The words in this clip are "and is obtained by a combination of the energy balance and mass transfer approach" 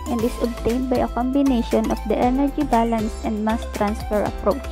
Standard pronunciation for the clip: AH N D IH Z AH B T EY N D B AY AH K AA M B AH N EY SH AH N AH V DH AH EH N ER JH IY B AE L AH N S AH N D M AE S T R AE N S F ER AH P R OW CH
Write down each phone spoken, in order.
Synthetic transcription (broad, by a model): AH N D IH S AH B T EY N D B AY AH K AA M B AH N EY SH AH N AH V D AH EH N ER JH IY B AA L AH N S AH N D M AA S T R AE N S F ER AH P R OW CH